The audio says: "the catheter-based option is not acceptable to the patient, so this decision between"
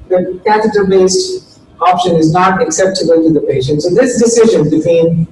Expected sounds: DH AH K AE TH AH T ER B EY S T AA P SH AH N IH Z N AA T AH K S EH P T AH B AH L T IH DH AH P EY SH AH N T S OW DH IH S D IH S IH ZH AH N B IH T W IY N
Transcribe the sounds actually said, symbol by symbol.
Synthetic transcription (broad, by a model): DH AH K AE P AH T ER B EY S T AA P SH AH N IH Z N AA T AH K S EH P T AH B AH L T IH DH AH P EY SH AH N T S OW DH IH S D IH S IH ZH AH N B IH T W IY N